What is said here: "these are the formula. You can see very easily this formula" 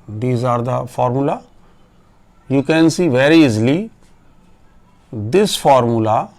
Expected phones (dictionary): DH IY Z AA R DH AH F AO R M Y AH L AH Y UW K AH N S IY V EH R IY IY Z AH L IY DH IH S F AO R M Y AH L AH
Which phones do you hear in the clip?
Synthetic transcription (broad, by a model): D IY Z AA R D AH F AO R M Y AH L AH Y UW K AH N S IY V EH R IY IY Z AH L IY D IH S F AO R M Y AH L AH